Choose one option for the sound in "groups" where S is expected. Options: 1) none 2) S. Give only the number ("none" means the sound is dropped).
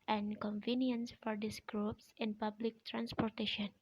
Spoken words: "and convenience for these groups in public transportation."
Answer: 2